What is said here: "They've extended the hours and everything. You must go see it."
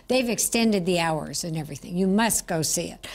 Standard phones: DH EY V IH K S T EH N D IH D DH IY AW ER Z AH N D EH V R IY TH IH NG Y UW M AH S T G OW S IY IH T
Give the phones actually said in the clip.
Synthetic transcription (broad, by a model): DH EY V IH K S T EH N D IH D DH IY AW ER Z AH N EH V R IY TH IH NG Y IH M AH S T G OW S IY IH T